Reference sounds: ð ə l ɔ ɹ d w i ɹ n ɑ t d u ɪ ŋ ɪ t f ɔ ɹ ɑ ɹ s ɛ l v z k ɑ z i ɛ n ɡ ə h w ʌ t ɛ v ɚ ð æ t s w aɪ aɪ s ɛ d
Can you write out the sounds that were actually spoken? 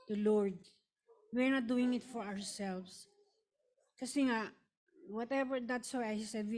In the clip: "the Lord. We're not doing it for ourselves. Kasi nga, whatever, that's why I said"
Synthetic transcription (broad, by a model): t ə l ɔ ɹ d w i ɹ n ɑ t d u ɪ ŋ ɪ t f ɔ ɹ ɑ ɹ s ɛ l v s k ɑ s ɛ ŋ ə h w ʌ t ɛ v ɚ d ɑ t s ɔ aɪ s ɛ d